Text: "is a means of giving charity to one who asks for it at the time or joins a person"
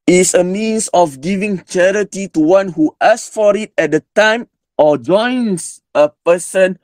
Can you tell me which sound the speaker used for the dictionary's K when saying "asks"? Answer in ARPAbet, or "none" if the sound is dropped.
none